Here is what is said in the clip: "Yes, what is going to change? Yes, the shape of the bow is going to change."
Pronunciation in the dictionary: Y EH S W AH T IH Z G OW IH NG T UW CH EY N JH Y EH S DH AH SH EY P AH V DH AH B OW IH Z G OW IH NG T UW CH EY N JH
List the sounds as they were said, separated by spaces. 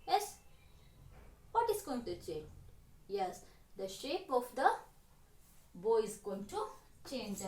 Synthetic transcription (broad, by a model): Y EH S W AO T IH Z G OW IH NG T UW CH EY N JH Y EH S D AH SH EY P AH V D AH B OW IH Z G OW IH NG T UW CH EY N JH